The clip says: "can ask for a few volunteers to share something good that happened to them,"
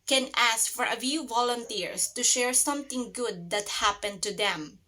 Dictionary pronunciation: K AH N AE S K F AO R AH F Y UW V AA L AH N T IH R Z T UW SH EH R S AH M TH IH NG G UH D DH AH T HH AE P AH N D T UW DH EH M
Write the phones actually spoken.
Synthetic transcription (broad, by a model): K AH N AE S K F AO R AH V Y UW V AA L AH N T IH R S T UW SH EH R S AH M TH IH NG G UH D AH T HH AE P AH N D T UW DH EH M